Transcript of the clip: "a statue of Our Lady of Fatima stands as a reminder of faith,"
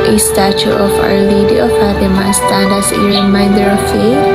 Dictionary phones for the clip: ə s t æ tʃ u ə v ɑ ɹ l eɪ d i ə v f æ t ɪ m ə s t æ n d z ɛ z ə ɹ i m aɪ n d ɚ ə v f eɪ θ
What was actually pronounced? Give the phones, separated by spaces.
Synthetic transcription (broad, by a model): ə s t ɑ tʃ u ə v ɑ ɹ l eɪ d i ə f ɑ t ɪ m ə s t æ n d ɛ s ə ɹ i m aɪ n d ɚ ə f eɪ